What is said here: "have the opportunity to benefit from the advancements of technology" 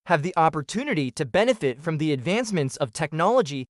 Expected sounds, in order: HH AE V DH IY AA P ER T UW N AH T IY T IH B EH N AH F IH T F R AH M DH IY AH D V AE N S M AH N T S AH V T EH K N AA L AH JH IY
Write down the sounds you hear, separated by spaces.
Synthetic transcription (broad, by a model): HH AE V DH IY AA P ER T UW N AH T IY T IH B EH N AH F IH T F R AH M DH IY AH D V AE N S M AH N T S AH V T EH K N AA L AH JH IY